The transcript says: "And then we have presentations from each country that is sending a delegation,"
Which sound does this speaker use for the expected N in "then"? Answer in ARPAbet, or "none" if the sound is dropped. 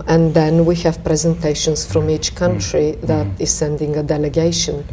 N